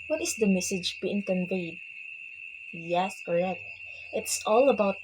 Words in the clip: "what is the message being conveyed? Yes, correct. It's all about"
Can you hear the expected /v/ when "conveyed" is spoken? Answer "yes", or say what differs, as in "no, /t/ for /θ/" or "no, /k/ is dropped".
yes